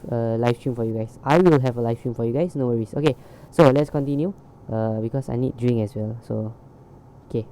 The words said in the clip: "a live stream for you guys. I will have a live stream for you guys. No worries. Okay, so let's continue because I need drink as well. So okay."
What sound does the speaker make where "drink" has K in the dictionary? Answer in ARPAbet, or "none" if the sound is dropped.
none